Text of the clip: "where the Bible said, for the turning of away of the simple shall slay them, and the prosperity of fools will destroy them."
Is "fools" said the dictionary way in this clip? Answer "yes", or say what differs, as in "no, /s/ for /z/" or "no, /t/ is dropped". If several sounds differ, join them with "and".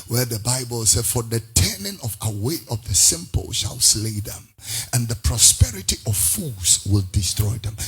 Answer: no, /l/ is dropped